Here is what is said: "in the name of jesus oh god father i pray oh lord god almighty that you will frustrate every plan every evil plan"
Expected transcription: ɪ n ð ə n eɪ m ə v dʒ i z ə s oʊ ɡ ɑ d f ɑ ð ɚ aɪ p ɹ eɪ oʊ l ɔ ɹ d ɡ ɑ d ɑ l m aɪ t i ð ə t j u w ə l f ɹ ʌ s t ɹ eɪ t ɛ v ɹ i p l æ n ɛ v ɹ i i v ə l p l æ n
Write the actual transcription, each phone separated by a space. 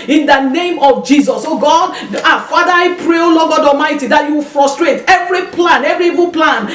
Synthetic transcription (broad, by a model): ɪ n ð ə n eɪ m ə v dʒ i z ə s oʊ ɡ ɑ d f ɑ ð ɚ aɪ p ɹ eɪ oʊ l ɔ ɡ ɑ d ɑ m aɪ t i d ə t j u w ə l f ɹ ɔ s t ɹ eɪ t ɛ v ɹ i p l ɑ n ɛ v ɹ i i v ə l p l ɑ n